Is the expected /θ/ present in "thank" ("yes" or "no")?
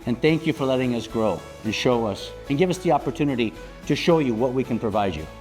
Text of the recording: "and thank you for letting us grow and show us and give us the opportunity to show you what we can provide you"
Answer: yes